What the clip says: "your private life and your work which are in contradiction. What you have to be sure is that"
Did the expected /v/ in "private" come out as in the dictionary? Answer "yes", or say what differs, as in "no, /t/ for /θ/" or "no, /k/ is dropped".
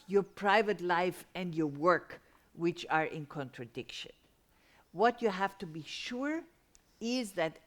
yes